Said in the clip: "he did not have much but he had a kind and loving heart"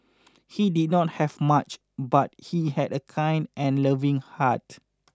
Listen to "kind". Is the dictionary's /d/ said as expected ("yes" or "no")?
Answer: yes